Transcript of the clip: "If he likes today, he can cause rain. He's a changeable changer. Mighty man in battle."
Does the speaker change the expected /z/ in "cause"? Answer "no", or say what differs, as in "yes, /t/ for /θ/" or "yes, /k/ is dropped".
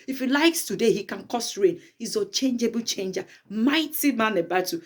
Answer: yes, /s/ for /z/